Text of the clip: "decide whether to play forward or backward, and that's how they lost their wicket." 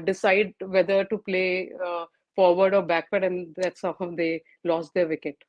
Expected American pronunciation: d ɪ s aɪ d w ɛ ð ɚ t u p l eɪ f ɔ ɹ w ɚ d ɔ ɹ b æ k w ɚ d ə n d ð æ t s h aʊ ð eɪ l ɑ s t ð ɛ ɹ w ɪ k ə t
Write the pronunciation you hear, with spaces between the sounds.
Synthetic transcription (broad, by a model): d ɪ s aɪ d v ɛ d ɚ t u p l eɪ f ɔ ɹ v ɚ d ɔ ɹ b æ k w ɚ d ə n d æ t s h aʊ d eɪ l ɑ s t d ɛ ɹ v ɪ k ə t